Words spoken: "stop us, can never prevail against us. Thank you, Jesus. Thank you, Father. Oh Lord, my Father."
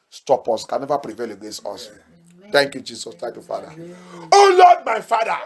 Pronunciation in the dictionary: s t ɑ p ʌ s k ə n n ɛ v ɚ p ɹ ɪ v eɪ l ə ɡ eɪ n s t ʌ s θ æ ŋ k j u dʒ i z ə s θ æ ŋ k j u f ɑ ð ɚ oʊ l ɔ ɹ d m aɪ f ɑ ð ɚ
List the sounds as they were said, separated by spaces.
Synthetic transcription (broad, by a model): s t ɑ p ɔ s k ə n n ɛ v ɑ p ɹ ɪ v eɪ l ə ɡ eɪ s ɔ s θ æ ŋ k j u dʒ i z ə s t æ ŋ k j u f ɑ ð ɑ oʊ l ɔ d m aɪ f ɑ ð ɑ